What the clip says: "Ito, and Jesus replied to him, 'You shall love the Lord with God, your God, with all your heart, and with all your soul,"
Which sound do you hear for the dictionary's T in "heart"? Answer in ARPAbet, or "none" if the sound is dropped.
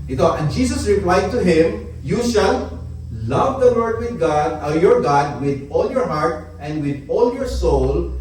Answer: T